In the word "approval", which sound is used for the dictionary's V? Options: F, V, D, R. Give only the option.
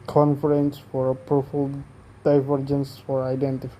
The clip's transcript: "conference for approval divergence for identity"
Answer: F